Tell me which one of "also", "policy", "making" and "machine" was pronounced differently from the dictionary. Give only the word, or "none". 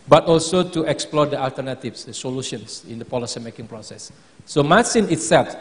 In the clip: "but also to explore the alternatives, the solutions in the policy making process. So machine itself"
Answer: machine